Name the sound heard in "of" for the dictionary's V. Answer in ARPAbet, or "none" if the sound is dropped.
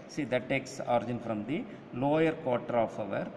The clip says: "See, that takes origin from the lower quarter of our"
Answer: V